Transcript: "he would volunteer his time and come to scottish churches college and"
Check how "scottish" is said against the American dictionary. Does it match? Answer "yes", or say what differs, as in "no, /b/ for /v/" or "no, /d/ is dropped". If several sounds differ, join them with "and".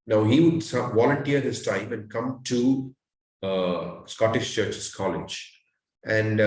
yes